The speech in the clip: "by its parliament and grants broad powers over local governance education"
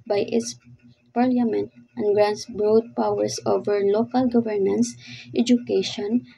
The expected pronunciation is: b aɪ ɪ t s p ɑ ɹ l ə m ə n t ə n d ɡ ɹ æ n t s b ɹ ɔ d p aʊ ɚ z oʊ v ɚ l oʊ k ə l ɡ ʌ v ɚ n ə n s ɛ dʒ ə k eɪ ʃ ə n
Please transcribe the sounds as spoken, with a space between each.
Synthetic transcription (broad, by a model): b aɪ ɪ t s p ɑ ɹ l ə m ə n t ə n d ɡ ɹ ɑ n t s b ɹ ɔ d p aʊ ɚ s oʊ v ɚ l oʊ k ə l ɡ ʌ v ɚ n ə n s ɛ dʒ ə k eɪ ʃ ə n